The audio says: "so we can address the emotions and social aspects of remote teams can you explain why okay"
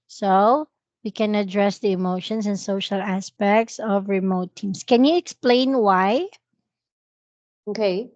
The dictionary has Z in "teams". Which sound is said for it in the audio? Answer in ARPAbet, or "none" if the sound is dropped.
S